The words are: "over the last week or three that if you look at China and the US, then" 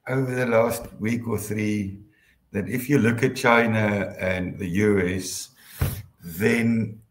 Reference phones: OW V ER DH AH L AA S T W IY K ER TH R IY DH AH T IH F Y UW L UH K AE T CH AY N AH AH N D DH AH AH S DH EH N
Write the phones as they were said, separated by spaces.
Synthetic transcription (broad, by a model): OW V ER DH AH L AA S T W IY K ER TH R IY DH AH T IH F Y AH L UH K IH T CH AY N AH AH N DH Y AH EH S DH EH N